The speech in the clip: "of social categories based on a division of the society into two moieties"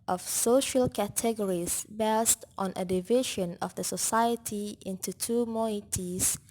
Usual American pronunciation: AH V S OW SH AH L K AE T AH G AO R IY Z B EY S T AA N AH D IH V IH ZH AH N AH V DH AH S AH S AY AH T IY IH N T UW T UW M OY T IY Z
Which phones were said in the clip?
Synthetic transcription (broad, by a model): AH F S OW SH AH L K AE T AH G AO R IY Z B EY S T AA N AH D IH V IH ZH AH N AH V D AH S AH S AY AH T IY IH N T UW T UW M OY T IY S